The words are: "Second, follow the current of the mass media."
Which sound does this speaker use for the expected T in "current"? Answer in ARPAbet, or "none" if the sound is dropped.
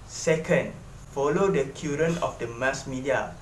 none